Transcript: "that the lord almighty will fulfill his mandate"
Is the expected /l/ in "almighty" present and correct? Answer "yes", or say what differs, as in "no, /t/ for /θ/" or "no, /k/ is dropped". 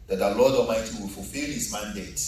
no, /l/ is dropped